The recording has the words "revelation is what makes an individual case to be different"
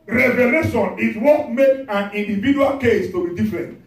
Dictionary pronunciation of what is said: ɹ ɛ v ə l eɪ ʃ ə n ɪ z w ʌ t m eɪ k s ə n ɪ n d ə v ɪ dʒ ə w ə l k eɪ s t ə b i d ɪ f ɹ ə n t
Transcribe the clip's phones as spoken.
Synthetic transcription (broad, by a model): ɹ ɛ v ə l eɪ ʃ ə n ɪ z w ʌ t m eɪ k ə n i n d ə v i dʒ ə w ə l k eɪ s t ə b i d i f ɹ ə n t